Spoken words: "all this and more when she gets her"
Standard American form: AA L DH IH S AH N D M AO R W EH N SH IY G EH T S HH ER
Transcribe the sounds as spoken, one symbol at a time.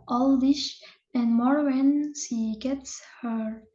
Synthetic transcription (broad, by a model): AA L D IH SH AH N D M AO R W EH N SH IY G EH T S HH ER